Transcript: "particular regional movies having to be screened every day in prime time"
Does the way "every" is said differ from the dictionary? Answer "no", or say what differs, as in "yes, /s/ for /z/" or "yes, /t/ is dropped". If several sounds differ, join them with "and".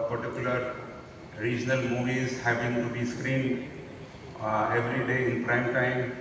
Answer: no